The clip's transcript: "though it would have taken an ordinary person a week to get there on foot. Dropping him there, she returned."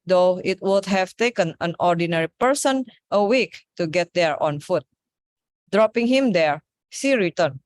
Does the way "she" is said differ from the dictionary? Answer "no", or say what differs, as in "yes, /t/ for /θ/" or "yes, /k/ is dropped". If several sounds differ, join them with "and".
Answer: yes, /s/ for /ʃ/